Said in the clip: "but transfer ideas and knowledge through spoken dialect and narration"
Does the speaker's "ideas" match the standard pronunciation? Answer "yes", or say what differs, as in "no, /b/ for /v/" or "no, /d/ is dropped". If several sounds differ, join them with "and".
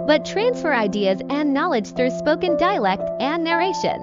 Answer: yes